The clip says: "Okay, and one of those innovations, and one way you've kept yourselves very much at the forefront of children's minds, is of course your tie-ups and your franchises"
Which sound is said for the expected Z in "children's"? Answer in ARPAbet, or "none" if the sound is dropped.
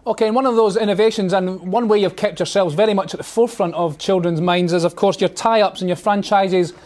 Z